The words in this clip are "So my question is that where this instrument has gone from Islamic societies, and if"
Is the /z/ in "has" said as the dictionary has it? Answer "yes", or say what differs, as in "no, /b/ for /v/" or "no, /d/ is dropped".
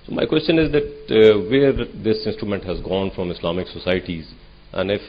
yes